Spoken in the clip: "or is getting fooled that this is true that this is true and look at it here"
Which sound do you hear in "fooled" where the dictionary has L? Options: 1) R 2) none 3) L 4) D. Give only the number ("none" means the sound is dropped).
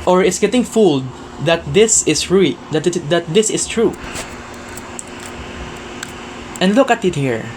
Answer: 3